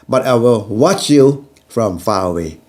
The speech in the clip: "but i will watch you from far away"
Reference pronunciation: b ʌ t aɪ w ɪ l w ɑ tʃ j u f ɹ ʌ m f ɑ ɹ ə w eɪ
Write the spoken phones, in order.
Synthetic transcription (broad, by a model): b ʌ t aɪ w ɪ l w ɑ tʃ j u f ɹ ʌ m f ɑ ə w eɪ